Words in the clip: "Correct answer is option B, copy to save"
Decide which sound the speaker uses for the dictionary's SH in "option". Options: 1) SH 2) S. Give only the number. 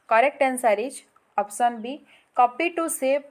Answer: 2